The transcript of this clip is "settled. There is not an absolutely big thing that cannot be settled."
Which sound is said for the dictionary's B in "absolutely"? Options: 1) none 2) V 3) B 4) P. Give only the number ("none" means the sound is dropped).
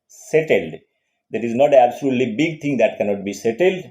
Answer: 3